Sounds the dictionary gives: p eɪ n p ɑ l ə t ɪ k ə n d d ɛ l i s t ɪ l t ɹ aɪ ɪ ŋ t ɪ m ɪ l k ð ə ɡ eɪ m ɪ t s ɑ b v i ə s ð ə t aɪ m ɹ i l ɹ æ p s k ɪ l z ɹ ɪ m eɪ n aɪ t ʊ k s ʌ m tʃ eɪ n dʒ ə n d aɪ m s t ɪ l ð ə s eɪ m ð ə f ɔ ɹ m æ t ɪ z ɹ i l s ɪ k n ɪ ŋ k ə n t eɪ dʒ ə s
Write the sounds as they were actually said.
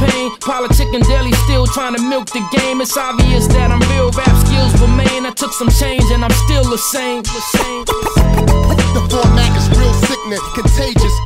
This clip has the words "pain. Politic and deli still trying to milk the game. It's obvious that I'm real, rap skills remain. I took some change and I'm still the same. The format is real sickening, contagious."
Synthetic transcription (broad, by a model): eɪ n p ɑ l ə t ɪ k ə n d d ɛ l i s t ɪ l t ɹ aɪ ɪ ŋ t ɪ m ɪ l k ð ə ɡ eɪ m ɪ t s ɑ v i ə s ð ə t aɪ m ɹ i l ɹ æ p s k ɪ l z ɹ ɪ m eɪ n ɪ t ʊ k s ʌ m tʃ eɪ n dʒ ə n aɪ m s t ɪ l ð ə s eɪ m ð ə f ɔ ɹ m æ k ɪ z ɹ i l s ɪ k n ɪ k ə n t eɪ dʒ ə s